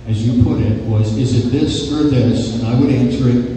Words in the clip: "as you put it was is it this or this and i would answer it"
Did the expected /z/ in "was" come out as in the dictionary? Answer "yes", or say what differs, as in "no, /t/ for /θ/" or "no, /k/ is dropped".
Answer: yes